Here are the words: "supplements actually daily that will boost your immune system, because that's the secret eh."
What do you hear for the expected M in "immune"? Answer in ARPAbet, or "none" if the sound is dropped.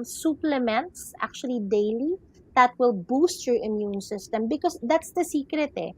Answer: M